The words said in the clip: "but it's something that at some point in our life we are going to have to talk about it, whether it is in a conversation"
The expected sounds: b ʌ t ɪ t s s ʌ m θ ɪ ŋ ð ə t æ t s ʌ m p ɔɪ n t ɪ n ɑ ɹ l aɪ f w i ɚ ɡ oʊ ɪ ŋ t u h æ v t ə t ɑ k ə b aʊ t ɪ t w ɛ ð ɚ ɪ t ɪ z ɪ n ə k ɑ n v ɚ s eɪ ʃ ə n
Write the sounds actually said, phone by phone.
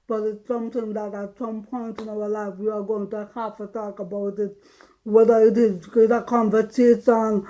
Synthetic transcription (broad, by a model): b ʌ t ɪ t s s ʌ m t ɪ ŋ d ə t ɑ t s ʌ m p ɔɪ n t ɪ n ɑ w l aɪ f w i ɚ ɡ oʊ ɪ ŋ t u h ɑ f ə t ɑ k ə b aʊ t ɪ t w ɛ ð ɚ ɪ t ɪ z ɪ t ə k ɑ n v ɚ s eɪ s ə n